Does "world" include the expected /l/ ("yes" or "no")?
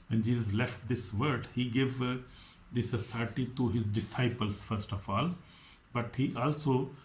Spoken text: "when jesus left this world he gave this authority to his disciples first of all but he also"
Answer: no